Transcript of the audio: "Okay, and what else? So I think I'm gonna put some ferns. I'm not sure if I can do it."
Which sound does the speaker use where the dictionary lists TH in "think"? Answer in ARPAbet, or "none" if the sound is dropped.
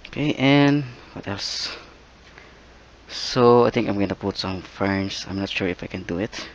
T